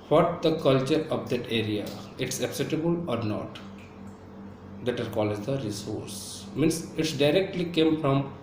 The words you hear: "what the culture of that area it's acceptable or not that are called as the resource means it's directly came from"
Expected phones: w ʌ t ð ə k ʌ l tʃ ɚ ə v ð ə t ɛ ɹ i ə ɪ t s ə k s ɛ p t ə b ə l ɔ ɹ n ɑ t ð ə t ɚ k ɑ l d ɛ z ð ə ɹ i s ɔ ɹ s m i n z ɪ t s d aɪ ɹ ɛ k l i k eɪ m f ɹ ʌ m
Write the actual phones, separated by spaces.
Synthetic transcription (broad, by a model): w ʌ t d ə k ʌ l tʃ ɚ ə v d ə t ɛ ɹ i ə ɪ t s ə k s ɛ t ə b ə l ɔ ɹ n ɑ t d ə t ɚ k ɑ l ɛ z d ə ɹ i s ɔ ɹ s m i n s ɪ t s d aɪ ɹ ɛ k l i k eɪ m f ɹ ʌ m